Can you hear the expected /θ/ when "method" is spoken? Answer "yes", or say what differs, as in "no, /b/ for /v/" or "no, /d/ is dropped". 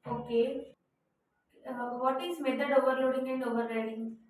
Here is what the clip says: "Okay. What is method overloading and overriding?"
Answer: no, /t/ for /θ/